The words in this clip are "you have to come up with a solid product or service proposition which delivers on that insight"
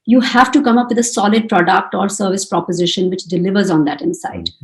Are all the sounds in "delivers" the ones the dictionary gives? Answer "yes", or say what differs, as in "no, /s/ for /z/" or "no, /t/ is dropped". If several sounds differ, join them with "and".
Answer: yes